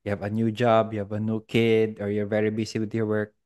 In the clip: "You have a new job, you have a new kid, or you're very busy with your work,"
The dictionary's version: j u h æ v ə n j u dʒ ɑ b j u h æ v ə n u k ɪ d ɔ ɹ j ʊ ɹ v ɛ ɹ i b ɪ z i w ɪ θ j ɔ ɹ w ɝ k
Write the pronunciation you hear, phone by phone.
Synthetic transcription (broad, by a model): j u h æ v ə n j u dʒ ɑ b j u h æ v ə n u k ɪ d ɔ ɹ j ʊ ɹ v ɛ ɹ i b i s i w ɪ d j ɔ ɹ w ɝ k